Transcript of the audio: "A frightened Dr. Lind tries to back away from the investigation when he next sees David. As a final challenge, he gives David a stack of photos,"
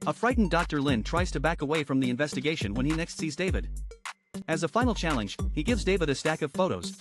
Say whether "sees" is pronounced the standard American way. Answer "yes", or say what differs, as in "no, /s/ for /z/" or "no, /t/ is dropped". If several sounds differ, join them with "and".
yes